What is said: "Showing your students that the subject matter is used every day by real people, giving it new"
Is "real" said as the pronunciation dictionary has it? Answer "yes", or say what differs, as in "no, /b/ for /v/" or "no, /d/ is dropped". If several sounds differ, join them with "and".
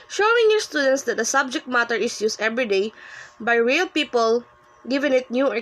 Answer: yes